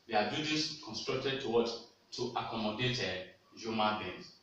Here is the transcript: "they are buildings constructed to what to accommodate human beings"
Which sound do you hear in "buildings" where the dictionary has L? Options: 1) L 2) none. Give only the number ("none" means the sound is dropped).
2